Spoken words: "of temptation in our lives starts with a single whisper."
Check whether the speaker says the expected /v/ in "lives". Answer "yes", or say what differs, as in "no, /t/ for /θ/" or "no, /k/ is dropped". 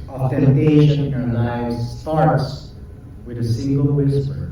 no, /v/ is dropped